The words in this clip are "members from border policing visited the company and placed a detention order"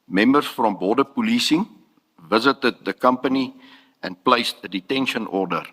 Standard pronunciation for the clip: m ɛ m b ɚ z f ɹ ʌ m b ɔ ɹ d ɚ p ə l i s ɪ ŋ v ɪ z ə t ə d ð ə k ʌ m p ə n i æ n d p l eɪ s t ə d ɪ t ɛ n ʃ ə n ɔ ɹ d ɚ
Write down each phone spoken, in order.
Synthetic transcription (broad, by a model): m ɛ m b ɚ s f ɹ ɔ m b ɔ d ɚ p ə l i s ɪ ŋ v ɪ z ə t ə d ð ə k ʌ m p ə n i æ n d p l eɪ s t ə d ɪ t ɛ n ʃ ə n ɔ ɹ d ɚ